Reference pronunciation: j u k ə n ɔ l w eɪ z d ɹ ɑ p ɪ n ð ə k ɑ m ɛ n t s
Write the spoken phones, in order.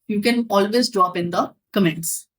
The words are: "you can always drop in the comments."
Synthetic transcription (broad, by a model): j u k ə n ɔ l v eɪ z d ɹ ɑ p ɪ n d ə k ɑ m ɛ n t s